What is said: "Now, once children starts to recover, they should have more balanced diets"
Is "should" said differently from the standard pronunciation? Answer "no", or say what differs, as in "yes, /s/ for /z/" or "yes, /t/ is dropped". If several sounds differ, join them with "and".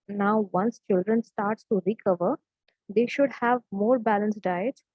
no